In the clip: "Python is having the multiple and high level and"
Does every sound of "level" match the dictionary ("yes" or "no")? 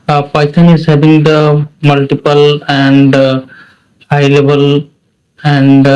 no